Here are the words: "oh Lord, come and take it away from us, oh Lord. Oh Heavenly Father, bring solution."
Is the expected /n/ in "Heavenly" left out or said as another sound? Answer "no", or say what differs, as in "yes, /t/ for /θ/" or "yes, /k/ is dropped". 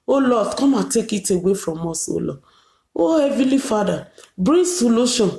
yes, /n/ is dropped